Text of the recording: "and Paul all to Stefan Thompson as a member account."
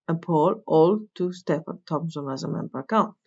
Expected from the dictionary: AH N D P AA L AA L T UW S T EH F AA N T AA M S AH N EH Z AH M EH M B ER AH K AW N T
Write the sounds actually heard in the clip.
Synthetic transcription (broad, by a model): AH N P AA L AA L T UW S T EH P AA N T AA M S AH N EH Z AH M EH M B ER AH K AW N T